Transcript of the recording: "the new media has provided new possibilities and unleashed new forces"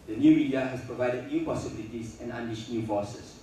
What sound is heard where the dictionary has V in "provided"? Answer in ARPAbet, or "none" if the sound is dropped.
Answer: V